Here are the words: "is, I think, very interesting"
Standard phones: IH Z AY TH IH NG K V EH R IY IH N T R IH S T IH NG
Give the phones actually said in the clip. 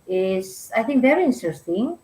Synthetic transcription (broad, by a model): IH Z AY TH IH NG K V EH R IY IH N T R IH S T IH NG